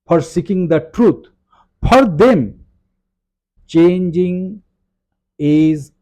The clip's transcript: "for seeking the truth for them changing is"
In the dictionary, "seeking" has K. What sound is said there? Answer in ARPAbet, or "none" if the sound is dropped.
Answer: K